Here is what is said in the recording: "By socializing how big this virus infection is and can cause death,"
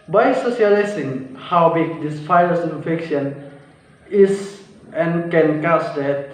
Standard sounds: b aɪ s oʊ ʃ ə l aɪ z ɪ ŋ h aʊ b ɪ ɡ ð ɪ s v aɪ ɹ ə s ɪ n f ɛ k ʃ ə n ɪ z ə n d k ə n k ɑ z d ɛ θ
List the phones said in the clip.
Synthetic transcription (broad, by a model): b aɪ s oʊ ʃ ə l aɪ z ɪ ŋ h aʊ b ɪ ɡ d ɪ s f aɪ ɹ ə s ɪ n f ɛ k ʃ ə n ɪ s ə n k ə n k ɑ s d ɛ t